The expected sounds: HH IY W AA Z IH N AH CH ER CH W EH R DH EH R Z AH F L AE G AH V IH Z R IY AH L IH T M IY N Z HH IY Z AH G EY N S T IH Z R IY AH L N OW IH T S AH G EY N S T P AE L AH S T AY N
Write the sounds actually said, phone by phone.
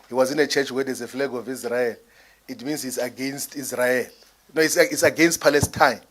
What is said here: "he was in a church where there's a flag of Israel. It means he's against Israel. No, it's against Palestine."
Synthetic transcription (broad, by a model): HH IY W AA Z IH N AH CH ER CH W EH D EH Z AH F L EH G AH V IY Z R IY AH L IH T M IY N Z HH IY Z AH G EY N S T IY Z R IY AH L N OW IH S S AH G EY N S T P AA L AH S T AY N